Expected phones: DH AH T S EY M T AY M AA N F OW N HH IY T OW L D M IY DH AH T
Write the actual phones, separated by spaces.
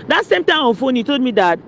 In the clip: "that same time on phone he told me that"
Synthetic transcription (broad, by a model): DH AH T S EY M T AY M AA N F OW N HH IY T OW L D M IY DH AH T